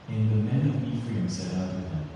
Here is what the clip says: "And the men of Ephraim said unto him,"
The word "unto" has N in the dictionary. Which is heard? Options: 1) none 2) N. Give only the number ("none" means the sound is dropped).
1